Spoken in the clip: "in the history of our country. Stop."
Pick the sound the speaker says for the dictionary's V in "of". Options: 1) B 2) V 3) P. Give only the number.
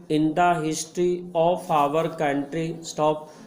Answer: 3